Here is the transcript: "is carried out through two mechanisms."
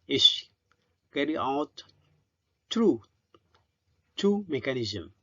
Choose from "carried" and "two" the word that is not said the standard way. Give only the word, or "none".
carried